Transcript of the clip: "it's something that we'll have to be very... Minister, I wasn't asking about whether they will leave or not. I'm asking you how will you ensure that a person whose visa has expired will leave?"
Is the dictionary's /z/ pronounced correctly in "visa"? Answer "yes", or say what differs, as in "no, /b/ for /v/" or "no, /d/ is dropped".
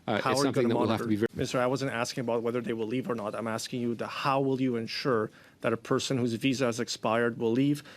yes